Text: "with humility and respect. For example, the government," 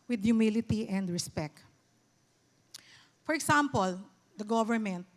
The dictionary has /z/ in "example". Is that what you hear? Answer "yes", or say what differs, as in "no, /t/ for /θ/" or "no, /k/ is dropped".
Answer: no, /s/ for /z/